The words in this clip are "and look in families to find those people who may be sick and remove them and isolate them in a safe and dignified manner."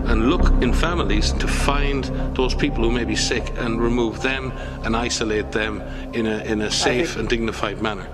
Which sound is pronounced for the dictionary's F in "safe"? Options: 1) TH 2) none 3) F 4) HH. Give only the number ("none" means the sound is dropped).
3